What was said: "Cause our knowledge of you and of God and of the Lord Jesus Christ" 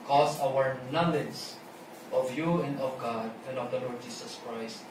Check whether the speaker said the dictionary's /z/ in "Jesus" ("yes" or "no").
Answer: no